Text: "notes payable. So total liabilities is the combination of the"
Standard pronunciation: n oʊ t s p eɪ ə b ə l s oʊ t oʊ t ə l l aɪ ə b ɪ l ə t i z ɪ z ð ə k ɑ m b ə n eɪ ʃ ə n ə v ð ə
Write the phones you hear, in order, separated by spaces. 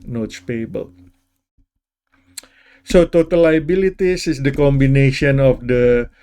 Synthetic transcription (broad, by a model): n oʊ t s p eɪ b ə l s oʊ t oʊ t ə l l aɪ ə b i l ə t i s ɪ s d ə k ɑ m b ə n eɪ ʃ ə n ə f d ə